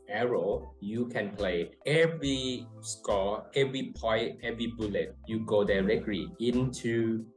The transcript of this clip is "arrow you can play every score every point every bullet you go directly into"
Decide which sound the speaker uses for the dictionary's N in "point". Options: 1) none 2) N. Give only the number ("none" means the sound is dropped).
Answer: 1